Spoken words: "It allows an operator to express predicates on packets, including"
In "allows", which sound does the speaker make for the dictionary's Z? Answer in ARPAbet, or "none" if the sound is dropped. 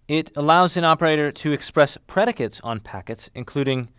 Z